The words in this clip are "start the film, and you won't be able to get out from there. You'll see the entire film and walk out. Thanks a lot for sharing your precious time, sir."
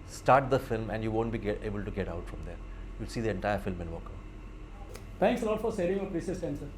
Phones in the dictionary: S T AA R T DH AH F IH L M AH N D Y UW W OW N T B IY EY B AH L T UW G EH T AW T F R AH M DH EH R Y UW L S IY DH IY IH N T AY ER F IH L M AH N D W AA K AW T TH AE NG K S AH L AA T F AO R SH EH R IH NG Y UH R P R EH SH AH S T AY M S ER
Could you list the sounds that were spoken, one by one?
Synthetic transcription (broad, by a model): S T AA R T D AH F IH L M AH N D Y UW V OW N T B IY EY B AH L T UW G EH T AW T F R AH M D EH R Y UW L S IY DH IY IH N T AY ER F IH L M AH N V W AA K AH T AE NG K S AH L AA T F AO R S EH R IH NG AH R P R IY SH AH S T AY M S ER